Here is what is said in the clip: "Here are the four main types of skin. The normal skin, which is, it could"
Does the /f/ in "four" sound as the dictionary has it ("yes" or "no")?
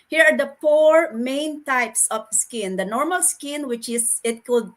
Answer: no